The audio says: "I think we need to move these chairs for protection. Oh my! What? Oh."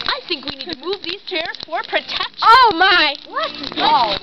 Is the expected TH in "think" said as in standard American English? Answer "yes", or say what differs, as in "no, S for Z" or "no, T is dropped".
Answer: yes